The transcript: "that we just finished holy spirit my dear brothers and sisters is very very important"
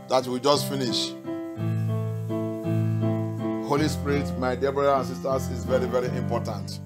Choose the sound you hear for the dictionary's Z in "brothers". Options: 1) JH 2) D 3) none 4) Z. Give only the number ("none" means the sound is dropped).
3